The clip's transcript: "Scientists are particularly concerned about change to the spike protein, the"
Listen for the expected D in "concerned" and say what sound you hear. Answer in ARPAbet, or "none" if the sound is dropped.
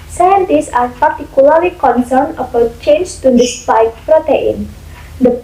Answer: none